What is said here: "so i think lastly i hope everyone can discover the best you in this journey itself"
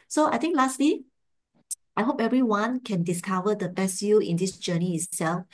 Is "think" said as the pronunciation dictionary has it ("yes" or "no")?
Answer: no